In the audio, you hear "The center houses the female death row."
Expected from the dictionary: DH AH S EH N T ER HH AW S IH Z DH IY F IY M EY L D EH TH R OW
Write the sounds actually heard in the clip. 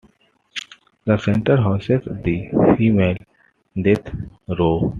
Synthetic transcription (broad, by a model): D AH S EH N T ER HH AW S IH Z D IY F IY M EY L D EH T R OW